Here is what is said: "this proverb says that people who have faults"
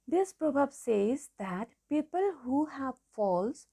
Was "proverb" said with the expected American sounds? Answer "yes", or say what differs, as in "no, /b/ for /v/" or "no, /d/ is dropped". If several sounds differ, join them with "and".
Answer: no, /b/ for /v/